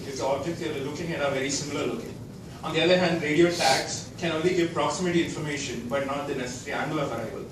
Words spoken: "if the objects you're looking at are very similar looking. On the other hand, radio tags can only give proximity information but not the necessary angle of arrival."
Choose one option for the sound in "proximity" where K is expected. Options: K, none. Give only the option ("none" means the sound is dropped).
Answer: K